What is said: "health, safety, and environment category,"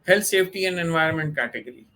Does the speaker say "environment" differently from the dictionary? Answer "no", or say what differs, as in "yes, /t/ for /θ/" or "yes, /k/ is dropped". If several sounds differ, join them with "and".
no